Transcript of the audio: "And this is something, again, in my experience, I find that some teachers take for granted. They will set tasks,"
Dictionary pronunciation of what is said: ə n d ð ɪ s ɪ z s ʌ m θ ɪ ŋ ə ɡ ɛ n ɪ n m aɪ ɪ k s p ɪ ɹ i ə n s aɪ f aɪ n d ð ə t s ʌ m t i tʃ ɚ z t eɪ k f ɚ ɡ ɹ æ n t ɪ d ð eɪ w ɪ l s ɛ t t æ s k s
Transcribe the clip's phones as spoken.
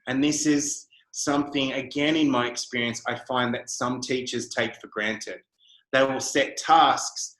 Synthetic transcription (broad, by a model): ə n ð ɪ s ɪ z s ʌ m θ ɪ ŋ ə ɡ ɛ n ɪ n m aɪ ɪ k s p ɪ ɹ i ə n s aɪ f aɪ n ð ə t s ʌ m t i tʃ ɚ z t eɪ k f ɚ ɡ ɹ æ n t ɪ d ð eɪ w ɪ l s ɛ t t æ s k s